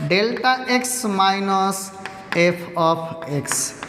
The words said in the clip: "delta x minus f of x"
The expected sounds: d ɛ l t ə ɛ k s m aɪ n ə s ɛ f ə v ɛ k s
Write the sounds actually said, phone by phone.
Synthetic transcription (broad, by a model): d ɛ l t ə ɛ k s m aɪ n ə s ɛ p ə p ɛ k s